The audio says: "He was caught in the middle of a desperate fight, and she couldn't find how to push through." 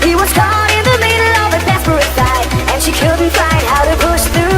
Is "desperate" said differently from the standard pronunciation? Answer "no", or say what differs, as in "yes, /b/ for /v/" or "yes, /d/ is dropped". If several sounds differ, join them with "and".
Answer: yes, /s/ is dropped